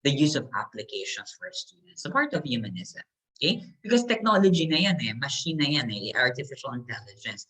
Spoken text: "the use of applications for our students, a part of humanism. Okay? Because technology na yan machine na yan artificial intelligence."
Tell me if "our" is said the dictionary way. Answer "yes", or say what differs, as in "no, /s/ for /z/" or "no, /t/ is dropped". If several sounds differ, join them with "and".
yes